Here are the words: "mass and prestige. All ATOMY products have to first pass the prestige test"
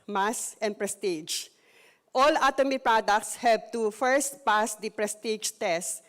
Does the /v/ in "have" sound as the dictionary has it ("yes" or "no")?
no